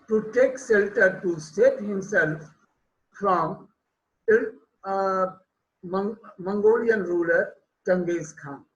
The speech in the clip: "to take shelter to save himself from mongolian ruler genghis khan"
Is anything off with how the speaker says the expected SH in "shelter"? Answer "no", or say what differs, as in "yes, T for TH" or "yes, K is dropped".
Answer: yes, S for SH